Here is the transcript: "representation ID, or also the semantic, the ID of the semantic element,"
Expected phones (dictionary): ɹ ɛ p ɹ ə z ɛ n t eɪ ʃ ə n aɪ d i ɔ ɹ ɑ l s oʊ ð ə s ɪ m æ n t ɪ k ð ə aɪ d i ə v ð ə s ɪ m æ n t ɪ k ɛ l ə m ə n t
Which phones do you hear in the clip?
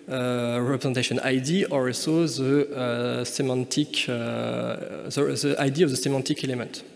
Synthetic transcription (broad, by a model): ɹ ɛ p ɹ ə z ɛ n t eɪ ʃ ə n aɪ d i ɔ ɹ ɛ s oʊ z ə s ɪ m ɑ n t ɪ k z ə aɪ d i ə v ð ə s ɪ m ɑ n t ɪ k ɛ l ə m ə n t